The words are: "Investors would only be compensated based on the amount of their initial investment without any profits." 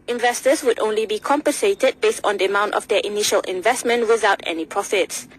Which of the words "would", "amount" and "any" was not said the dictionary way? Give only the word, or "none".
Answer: none